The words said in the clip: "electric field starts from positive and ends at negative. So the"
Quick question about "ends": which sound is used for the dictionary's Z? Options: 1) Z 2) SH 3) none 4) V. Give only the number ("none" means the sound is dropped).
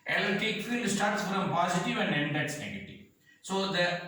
3